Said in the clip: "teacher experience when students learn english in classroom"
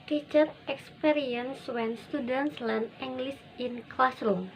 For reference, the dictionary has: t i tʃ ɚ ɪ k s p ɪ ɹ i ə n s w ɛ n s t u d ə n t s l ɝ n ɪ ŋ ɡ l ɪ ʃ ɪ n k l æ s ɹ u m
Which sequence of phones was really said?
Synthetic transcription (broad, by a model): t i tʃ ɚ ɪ k s p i ɹ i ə n s w ɛ n s t u d ə n t s l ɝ n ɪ ŋ ɡ l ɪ s ɪ n k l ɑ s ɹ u m